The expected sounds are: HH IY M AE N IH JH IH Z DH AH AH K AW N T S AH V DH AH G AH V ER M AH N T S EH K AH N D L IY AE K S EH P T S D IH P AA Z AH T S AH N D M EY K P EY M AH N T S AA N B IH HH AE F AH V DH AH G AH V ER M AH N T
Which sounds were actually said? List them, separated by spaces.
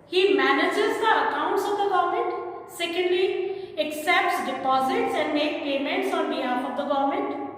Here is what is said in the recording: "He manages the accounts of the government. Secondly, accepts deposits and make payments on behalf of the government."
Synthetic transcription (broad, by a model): HH IY M AE N IH JH IH Z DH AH AH K AW N T S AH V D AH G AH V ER M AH N T S EH K AH N D L IY AE K S EH P T S D IH P AA Z AH T S AH N D M EY K P EY M AH N T S AA N B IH HH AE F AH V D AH G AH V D M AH N T